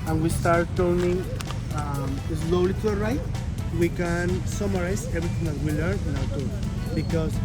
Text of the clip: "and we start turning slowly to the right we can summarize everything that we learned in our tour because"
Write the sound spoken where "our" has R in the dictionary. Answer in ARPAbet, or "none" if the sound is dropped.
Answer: W